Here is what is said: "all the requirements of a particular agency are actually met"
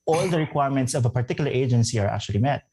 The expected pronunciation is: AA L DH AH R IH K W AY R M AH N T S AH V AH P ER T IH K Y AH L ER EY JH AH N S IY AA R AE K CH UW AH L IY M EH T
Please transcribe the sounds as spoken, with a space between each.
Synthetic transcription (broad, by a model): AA L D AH R IH K W AY R M AH N T S AH V AH P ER T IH K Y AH L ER EY JH AH N S IY AA R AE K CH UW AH L IY M EH T